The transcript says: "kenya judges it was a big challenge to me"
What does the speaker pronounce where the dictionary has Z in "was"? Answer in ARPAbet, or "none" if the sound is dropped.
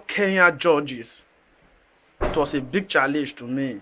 S